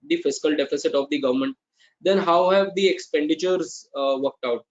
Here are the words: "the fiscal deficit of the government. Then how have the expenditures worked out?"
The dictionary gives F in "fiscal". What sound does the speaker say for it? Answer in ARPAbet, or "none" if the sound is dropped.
F